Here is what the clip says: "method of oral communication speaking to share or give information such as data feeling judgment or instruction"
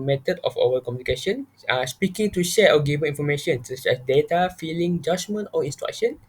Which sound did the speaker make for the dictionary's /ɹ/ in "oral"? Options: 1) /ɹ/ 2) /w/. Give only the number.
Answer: 2